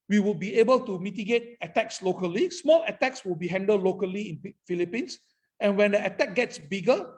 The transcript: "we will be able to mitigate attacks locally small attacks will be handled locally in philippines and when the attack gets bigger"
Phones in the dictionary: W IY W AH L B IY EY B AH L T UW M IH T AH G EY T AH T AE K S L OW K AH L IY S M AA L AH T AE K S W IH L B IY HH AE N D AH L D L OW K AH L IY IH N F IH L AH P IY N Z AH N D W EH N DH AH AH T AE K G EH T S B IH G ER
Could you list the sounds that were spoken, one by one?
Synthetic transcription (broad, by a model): W IY W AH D B IY EY B AH L T UW M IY T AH G EY T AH T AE K S L OW K AH L IY S M AA L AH T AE K S W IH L B IY HH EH N D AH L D L OW K AH L IY IH N F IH L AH P IY N S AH N W EH N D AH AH T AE K G EH T S B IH G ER